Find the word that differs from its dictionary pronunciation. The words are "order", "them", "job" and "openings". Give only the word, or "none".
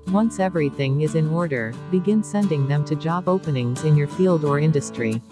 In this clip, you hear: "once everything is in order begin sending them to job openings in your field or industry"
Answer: none